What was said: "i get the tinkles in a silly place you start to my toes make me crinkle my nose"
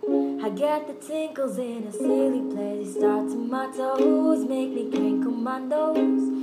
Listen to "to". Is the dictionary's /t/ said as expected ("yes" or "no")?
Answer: no